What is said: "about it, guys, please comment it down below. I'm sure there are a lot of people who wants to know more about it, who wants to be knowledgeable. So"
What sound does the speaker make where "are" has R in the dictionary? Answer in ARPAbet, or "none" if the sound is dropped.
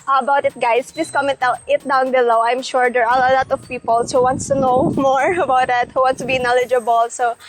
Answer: L